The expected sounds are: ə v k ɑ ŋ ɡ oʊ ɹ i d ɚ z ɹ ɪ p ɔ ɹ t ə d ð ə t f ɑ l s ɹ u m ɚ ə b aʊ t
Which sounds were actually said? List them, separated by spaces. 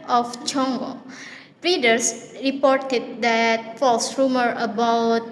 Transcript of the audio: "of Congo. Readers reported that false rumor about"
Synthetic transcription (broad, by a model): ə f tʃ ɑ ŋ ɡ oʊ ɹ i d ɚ s ɹ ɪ p ɔ ɹ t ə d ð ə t f ɑ l s ɹ u m ɚ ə b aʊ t